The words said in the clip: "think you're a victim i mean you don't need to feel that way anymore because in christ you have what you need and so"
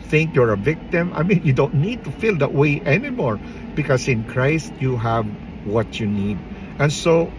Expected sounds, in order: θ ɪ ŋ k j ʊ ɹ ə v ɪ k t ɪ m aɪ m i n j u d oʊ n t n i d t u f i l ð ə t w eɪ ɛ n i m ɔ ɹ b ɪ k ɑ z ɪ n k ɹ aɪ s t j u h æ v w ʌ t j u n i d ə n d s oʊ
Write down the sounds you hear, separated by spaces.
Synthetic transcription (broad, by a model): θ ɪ ŋ k j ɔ ɹ ə v ɪ k t ɪ m aɪ m i n j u d oʊ n t n i d t u f i l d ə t w eɪ ɛ n i m ɔ ɹ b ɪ k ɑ s ɪ n k ɹ aɪ s t j u h æ v w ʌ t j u n i d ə n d s oʊ